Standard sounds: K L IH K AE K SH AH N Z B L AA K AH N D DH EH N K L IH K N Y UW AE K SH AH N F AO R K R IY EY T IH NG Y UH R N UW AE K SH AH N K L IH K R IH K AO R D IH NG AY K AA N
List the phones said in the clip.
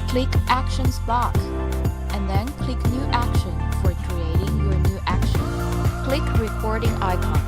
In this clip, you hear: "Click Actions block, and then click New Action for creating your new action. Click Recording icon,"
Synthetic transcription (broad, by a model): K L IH K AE K SH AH N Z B AA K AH N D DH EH N K L IH K N Y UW AE K SH AH N F AO R K R IY EY T IH NG Y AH R N UW AE K SH AH N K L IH K R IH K AO R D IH NG AY K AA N